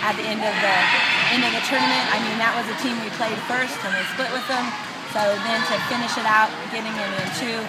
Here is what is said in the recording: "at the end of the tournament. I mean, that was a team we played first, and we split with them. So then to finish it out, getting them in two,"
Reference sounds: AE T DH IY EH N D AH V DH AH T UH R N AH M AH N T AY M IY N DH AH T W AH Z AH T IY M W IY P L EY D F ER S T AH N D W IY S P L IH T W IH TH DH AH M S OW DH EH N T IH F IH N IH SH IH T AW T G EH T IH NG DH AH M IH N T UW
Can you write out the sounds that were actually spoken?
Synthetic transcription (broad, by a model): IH T DH IY EH N D AH V DH AH T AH R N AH M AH N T AY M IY N DH AH T W AH Z AH T IY M W IY P L EY D F ER S T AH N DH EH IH S P L IH T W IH DH AH M S OW DH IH N T IH F IH N IH SH IH T AW T G EH T IH NG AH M IH N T UW